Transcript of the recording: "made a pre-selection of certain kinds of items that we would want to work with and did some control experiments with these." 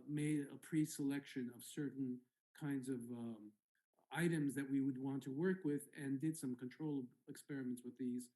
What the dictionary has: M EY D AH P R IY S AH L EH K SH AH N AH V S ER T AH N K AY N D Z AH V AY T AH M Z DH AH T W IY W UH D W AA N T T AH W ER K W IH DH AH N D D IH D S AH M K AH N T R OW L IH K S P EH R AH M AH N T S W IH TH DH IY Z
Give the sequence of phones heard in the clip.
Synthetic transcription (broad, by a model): M EY D AH P R IY S AH L EH K SH AH N AH V S ER T N K AY N D Z AH V AY T AH M Z DH AH T W IY W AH D W AA N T T AH W ER K W IH DH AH N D D IH D S AH M K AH N T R OW L IH K S P EH R AH M AH N T S W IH DH IY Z